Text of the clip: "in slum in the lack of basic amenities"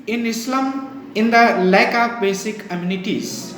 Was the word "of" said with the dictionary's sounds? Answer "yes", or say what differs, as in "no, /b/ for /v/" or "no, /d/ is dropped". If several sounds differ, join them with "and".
no, /p/ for /v/